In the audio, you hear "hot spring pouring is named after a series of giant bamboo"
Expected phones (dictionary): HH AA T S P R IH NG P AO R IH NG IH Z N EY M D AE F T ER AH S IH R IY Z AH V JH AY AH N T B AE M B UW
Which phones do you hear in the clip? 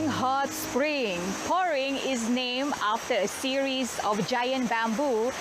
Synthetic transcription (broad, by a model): HH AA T S P R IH NG P AO R IH NG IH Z N EY M AA F T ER AH S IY R IY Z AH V JH AY AH N T B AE M B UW